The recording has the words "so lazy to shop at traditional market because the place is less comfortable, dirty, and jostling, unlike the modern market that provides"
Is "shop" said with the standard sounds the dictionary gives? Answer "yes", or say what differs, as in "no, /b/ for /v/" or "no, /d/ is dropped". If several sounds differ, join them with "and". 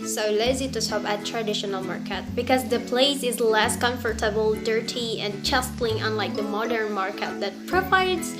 no, /s/ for /ʃ/